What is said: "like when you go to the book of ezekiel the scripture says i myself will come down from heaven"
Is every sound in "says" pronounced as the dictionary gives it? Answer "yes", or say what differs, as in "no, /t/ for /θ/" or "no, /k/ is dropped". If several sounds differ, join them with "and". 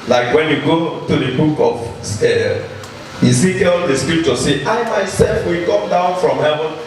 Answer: no, /z/ is dropped